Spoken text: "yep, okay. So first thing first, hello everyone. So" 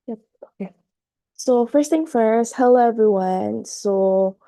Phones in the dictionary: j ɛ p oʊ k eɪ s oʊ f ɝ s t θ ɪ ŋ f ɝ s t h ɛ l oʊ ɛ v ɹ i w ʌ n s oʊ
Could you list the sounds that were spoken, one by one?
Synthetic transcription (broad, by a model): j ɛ oʊ k eɪ s oʊ f ɝ s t θ ɪ ŋ f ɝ s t h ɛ ʊ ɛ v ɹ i w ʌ n s oʊ